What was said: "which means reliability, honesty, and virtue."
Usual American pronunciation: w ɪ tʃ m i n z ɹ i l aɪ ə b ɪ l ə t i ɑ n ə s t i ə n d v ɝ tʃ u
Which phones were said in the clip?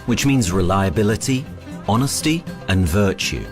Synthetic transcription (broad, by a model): w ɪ tʃ m i n z ɹ i l aɪ ə b ɪ l ə t i ɑ n ə s t i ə n v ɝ tʃ u